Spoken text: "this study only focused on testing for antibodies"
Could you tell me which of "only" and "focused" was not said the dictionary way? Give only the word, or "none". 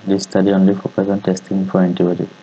focused